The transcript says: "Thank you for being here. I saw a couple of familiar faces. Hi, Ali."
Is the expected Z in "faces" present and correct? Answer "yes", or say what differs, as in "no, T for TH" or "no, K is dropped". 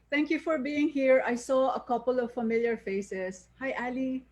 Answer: no, S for Z